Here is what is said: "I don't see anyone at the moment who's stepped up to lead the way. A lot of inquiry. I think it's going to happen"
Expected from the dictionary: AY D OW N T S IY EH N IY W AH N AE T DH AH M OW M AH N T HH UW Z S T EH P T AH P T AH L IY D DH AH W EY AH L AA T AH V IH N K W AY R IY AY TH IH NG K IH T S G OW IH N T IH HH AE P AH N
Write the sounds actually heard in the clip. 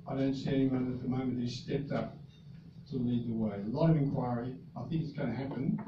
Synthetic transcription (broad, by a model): AY D OW N T S IY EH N IY W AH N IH T DH AH M OW M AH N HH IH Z S T EH P T AH P T AH L IY D DH AH W EY AH L AA T AH V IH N K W AY R IY AY TH IH NG K IH T S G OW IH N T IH HH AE P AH N